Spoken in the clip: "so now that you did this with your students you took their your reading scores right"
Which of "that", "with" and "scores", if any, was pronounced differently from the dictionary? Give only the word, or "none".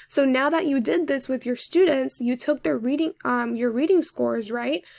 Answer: none